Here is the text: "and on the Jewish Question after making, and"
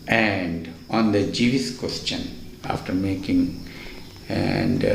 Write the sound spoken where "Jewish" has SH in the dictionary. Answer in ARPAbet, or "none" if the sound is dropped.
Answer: S